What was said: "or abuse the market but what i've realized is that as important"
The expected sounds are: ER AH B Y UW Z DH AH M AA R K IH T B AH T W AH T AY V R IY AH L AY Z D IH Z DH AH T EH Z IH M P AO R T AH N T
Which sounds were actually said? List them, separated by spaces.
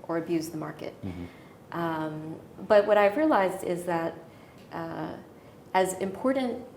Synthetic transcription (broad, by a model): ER AH B Y UW Z DH AH M AA R K IH T B AH T W AH T AY V R IY AH L AY Z D IH Z DH AH T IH Z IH M P AO R T N T